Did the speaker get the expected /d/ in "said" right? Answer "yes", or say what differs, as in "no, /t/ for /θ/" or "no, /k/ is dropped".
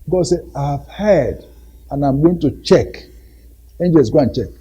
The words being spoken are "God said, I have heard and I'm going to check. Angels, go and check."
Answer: no, /d/ is dropped